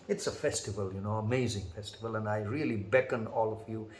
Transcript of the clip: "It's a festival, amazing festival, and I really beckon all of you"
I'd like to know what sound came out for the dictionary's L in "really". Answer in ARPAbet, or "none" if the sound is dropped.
L